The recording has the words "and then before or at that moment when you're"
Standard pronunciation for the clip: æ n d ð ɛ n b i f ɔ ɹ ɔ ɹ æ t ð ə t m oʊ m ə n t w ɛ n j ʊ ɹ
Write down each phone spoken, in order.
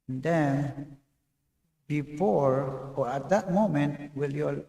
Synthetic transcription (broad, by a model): n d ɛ n b i f ɔ ɹ ɔ ɹ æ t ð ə t m oʊ m ə n t w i l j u